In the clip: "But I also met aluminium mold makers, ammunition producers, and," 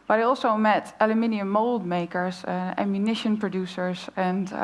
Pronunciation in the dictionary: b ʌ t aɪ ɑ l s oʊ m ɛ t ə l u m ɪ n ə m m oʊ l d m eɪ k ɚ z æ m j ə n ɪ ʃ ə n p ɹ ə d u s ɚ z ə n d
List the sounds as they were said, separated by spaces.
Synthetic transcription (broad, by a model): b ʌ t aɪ ɑ l s oʊ m ɛ t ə l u m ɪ n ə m m oʊ l d m eɪ k ɚ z æ m j ə n ɪ ʃ ə n p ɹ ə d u s ɚ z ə n